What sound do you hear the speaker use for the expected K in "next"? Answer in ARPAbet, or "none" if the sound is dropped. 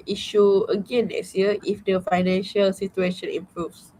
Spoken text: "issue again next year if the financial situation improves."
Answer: none